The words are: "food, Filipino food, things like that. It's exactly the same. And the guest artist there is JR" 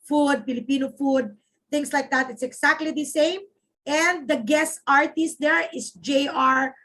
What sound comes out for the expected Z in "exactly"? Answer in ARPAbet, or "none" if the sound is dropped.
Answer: S